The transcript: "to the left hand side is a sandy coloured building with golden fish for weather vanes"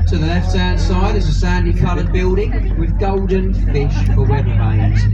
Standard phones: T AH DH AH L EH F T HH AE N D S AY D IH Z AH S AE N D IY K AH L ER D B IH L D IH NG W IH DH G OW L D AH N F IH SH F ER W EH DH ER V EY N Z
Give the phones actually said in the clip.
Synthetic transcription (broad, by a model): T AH DH AH L EH F T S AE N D S AY D IH Z AH S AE N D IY K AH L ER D B IH L D IH NG W IH DH G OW L D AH N F IH SH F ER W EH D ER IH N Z